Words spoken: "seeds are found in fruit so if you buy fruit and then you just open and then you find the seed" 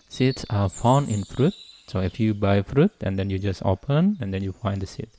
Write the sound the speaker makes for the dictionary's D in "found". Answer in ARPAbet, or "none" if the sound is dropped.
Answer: none